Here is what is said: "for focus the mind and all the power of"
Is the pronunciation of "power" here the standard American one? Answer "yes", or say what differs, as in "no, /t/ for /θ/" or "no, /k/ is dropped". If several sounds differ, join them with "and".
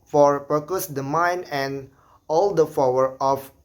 no, /f/ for /p/